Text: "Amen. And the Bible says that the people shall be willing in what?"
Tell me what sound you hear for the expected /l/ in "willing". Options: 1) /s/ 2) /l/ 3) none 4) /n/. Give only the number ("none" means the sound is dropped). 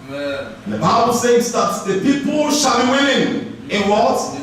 4